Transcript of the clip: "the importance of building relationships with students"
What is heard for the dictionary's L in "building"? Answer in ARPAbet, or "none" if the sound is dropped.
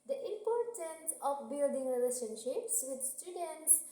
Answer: L